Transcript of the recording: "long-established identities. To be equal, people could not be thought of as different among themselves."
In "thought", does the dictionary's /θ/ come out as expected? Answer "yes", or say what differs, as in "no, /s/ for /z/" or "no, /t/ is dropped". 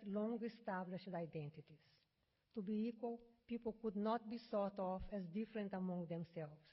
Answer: no, /s/ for /θ/